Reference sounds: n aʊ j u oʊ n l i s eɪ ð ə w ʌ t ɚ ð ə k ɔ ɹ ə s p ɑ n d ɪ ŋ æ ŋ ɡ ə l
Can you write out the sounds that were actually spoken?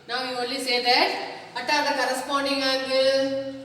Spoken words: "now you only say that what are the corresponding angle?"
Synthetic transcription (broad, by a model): n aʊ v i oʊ l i s eɪ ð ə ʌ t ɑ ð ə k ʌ ɹ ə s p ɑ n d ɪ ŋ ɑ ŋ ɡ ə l